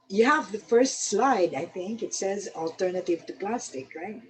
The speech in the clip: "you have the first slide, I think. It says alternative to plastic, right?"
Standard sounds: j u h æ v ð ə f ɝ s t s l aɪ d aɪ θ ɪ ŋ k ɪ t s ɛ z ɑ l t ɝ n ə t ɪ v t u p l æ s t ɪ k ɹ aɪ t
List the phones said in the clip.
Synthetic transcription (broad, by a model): j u h æ v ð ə f ɝ s t s l aɪ d aɪ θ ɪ ŋ k ɪ t s ɛ z ɑ l t ɝ n ə t ɪ v t u p l æ s t ɪ k ɹ aɪ t